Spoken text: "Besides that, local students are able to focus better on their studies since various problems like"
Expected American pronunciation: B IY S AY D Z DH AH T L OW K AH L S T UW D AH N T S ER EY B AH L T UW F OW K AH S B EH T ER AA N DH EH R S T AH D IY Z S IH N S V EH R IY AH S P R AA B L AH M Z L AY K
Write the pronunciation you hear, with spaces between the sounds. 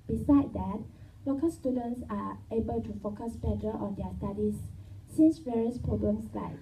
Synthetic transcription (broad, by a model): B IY S AY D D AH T L OW K AH L S T UW D AH N T S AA EY B AH L T UW F OW K AH S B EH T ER AA N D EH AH S T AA D IY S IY N S V EH R IY AH S P R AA B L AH M S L AY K